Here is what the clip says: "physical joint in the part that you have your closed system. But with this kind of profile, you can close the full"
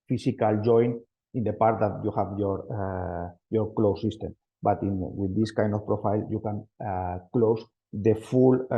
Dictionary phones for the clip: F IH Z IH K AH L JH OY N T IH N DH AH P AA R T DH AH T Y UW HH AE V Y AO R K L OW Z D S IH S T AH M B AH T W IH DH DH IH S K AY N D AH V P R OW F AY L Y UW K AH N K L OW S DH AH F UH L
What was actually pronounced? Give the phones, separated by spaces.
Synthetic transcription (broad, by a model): F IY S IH K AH L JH OY N IH N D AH P AA R T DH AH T Y UW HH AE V Y AO R K L OW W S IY S T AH M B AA T W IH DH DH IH S K AY N D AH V P R OW F AY L Y UW K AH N K L OW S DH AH F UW L